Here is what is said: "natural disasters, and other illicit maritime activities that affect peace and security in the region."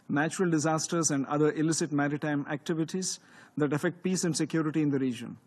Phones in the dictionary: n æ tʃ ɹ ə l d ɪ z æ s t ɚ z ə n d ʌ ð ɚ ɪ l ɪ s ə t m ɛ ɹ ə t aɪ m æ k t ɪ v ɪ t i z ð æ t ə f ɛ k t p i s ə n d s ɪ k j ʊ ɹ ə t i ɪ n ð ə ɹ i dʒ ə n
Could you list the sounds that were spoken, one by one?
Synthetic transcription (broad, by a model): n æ tʃ ɹ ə l d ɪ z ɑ s t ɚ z ə n d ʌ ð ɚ ɪ l ɪ s ə t m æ ɹ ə t aɪ m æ k t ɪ v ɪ t i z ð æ t ə f ɛ k t p i s ə n d s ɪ k j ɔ ɹ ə t i ɪ n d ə ɹ i dʒ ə n